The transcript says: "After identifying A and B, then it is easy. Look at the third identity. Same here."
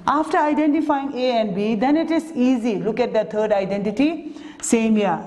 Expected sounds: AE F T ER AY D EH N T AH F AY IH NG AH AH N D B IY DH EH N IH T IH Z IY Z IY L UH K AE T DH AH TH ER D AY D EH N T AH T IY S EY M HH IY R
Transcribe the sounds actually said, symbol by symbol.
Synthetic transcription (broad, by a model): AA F T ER AY D EH N T AH F AY IH NG AH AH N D B IY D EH N IH T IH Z IY Z IY L UH K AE T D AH T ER D AY D EH N T AH T IY S EY M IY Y